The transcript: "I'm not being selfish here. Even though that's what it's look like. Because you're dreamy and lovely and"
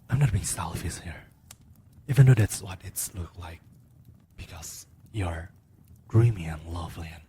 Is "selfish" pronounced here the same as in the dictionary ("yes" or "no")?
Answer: no